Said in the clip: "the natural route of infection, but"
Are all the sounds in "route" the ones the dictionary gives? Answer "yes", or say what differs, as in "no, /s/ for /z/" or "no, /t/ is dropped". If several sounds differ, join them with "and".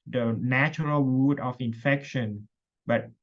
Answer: no, /w/ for /ɹ/